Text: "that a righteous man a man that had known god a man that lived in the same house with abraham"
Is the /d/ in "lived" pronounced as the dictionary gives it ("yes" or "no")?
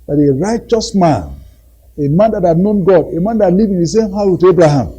no